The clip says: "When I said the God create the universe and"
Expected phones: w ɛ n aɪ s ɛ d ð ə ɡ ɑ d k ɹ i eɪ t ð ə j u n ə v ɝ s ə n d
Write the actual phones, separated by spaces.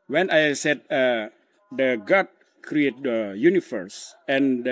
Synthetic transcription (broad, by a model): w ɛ n aɪ s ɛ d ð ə ɡ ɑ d k ɹ i eɪ t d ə j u n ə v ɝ s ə n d